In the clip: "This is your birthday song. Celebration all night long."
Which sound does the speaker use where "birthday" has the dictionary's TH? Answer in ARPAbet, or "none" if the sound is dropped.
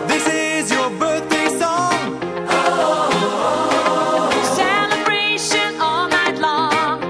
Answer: TH